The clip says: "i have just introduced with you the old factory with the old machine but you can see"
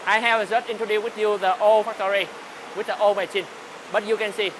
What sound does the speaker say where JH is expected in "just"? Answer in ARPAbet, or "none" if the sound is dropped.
Z